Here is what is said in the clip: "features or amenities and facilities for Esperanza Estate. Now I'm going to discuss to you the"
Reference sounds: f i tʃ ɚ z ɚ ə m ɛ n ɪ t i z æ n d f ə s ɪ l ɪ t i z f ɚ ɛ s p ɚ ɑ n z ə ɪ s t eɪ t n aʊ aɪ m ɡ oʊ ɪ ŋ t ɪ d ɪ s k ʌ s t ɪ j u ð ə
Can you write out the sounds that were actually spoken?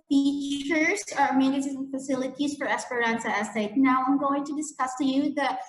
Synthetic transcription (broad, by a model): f i tʃ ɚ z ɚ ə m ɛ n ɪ s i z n f ə s ɪ l ɪ t i z f ɚ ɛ s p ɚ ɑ n s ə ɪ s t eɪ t n aʊ aɪ m ɡ oʊ ɪ ŋ t ɪ d ɪ s k ʌ s t ɪ j u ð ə